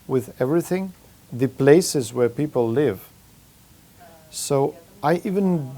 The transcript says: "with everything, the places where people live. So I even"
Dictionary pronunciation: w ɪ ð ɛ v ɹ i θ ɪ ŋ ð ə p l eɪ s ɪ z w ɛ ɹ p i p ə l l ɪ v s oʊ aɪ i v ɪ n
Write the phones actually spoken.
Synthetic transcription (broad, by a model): w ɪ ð ɛ v ɹ i θ ɪ ŋ ð ə p l eɪ s ɪ z w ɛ ɹ p i p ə l l ɪ v s oʊ aɪ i v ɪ n